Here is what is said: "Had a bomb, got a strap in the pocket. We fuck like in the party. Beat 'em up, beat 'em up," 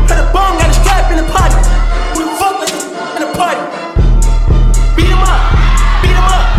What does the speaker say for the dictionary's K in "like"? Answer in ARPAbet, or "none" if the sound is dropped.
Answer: none